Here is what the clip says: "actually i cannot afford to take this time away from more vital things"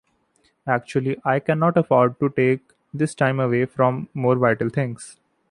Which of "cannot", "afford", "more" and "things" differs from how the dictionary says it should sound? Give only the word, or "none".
things